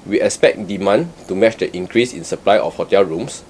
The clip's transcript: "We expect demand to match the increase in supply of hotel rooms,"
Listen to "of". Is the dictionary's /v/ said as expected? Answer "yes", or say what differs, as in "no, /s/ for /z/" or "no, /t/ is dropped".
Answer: no, /f/ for /v/